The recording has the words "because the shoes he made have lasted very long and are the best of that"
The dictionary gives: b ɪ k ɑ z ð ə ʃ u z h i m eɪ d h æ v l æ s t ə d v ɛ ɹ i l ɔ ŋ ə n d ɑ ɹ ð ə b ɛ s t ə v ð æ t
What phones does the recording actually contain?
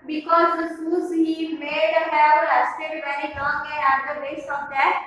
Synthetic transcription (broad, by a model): b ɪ k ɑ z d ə s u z h i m eɪ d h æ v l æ s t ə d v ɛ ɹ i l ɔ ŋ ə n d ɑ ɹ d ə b ɛ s ə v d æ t